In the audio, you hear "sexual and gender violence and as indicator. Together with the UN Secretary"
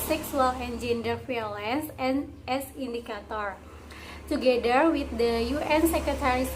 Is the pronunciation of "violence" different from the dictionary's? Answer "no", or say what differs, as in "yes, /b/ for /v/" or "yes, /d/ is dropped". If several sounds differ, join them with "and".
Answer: yes, /f/ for /v/